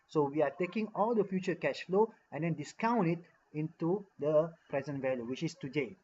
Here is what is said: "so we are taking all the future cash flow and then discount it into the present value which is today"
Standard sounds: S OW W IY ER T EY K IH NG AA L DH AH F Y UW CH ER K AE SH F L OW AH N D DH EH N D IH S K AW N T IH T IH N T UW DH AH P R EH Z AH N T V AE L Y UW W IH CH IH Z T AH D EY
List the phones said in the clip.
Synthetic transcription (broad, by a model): S OW W IY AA T EY K IH NG AA L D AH F Y UW CH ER K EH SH F L OW AH N D EH N D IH S K AW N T IH T IH N T UW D AH P R EH Z AH N T V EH L Y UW W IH CH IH S T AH D EY